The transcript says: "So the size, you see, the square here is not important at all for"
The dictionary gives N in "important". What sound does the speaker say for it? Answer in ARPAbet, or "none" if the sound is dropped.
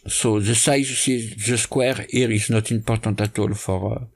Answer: none